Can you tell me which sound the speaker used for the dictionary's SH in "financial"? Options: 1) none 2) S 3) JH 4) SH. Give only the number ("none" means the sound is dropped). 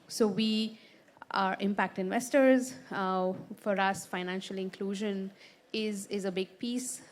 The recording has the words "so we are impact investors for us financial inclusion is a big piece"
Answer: 4